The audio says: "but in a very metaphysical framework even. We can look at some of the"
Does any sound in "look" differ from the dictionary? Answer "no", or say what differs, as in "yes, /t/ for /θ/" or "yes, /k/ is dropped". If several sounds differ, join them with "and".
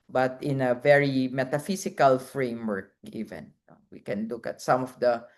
no